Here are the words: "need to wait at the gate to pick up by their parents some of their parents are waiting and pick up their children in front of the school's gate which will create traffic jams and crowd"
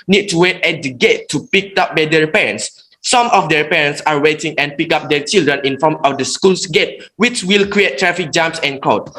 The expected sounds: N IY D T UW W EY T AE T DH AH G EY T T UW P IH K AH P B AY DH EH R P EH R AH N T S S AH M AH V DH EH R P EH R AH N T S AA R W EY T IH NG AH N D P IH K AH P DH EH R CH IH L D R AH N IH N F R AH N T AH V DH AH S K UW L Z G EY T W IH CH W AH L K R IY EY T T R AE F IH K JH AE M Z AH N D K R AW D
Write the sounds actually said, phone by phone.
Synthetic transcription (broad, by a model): N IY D T UW W EY T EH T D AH G EY T T UW P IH K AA P B AY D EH R P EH R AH N T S S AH M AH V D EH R P EH R AH N T S AA R W EY T IH NG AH N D P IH K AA P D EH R CH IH L D R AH N IH N F AO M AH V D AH S K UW L S G EY T W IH CH W AH L K R IY EY T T R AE F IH K JH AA M S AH N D K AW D